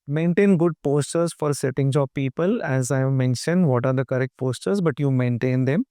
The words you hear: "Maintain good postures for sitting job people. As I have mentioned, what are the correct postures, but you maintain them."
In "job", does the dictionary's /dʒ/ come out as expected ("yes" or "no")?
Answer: no